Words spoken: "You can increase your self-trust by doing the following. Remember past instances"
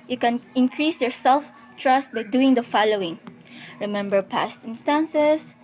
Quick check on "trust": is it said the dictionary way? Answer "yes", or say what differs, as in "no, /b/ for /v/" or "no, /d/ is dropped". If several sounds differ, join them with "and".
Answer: yes